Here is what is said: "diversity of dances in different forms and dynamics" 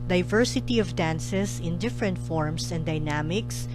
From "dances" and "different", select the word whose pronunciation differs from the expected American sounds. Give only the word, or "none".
dances